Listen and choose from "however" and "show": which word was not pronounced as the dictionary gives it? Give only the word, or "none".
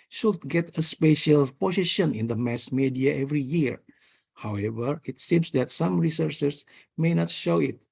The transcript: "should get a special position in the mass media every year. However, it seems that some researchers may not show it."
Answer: none